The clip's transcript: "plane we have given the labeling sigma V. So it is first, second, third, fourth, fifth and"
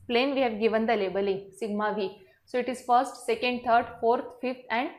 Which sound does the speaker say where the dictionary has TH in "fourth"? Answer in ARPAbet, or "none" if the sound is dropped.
T